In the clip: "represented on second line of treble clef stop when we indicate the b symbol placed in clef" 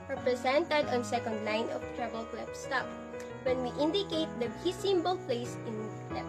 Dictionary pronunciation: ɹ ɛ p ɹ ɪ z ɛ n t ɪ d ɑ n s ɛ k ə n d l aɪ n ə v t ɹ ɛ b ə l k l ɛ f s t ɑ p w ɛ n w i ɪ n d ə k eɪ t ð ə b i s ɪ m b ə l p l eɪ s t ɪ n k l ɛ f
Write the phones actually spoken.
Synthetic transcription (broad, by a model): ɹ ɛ p ɹ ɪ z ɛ n t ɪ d ɑ n s ɛ k ə n d l aɪ n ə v t ɹ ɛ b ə l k l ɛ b s t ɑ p w ɛ n w i ɪ n d ə k eɪ t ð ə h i s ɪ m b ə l p l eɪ s ɪ n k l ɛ